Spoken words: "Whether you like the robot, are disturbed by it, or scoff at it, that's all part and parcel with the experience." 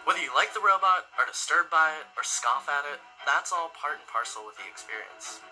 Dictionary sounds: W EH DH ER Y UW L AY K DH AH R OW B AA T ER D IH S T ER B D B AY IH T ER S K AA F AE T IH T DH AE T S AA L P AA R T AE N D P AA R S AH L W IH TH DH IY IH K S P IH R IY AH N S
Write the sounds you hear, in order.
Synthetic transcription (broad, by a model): W EH DH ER Y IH L AY K DH AH R OW B AA T ER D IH S T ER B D B AY IH T ER S K AA F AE T IH T DH AE T S AA L P AA R T N P AA R S L W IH DH IY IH K S P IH R IY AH N S